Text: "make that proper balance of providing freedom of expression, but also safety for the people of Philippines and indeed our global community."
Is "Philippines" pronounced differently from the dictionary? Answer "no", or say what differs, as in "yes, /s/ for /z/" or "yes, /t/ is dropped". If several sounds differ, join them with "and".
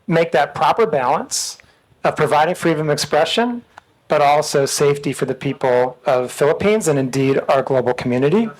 no